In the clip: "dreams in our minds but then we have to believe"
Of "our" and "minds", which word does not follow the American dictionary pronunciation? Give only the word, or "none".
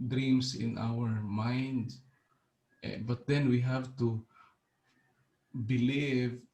minds